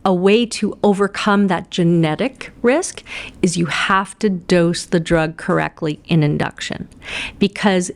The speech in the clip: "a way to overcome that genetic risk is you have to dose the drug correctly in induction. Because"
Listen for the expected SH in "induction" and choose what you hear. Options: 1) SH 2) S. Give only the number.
1